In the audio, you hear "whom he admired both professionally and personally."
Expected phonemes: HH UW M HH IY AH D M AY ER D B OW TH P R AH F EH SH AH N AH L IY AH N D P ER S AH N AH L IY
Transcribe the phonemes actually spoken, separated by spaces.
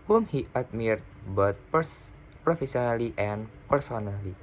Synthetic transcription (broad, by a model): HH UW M HH IY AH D M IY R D B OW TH P R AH F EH S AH N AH L IY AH N P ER S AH N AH L IY